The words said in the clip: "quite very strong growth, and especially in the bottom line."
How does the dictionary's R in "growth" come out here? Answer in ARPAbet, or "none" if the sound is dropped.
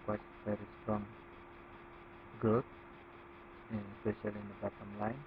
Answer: none